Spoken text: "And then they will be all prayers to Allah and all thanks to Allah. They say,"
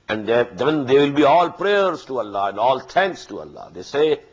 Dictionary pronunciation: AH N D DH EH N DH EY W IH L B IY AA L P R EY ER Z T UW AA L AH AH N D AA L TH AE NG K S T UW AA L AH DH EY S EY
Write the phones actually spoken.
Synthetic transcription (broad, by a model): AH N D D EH N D EY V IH L B IY AA L P R EY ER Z T UW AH L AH AH N D AA L T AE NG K S T UW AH L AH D EY S EY